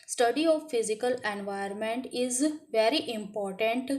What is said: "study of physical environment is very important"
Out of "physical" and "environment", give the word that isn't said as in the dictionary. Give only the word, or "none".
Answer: environment